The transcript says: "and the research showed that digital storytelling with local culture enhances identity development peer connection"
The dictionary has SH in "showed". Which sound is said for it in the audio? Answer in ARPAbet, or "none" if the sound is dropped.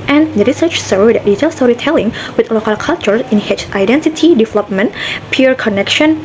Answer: S